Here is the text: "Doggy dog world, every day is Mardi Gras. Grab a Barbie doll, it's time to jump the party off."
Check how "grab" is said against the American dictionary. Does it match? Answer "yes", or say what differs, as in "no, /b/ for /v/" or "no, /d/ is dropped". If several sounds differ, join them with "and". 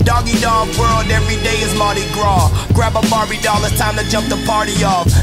yes